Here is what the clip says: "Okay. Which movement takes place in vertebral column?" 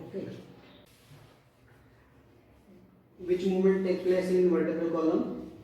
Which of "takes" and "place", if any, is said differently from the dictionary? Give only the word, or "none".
takes